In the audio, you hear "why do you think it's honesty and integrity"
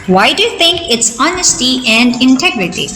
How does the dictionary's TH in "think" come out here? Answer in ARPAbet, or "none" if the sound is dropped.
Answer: T